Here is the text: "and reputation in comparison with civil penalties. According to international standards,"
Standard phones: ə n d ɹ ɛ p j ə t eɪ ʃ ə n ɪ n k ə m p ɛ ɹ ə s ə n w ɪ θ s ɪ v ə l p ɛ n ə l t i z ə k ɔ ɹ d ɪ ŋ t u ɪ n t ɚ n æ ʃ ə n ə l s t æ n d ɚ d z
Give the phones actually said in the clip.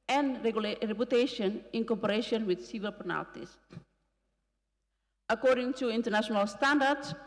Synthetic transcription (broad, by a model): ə n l ɹ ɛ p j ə t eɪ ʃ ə n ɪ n k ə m p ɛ ɹ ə ʃ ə n w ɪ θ s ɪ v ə l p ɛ n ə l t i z ə k ɔ ɹ d ɪ ŋ t u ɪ n t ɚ n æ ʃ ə n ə l s t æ n d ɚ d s